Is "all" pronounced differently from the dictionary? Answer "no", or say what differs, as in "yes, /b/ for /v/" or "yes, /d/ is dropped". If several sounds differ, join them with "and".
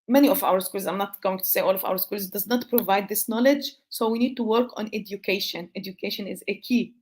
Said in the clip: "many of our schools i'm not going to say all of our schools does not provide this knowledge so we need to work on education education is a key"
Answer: no